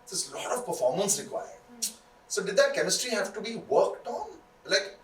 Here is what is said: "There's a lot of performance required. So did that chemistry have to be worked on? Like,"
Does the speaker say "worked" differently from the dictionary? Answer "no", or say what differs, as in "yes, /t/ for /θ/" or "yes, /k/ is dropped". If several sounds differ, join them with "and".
no